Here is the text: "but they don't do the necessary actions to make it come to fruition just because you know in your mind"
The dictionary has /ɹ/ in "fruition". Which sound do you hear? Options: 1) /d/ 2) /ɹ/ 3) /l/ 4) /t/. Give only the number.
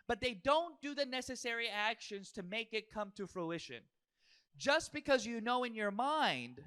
2